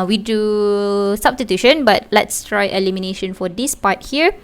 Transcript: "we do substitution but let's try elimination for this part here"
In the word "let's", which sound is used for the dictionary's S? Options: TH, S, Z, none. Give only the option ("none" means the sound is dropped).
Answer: S